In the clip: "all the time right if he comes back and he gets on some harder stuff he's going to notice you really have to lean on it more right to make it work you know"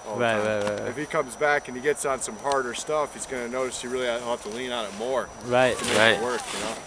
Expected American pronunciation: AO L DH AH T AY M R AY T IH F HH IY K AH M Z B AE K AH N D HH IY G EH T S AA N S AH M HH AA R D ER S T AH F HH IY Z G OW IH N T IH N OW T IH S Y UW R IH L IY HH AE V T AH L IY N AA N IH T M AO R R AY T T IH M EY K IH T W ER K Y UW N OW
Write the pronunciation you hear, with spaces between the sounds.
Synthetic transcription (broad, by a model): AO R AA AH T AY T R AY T IH F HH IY K AH M Z B AE K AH N IY G EH T S N S AH M HH AA R D ER S T AH F HH IY Z G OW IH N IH N OW T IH S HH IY R IH L IY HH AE T AH L IY N AA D IH T M AO R R AY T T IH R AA IH T W ER K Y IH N OW